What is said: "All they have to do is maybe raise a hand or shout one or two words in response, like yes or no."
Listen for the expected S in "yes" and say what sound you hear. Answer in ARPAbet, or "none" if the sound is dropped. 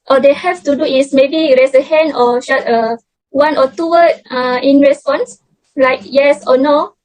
S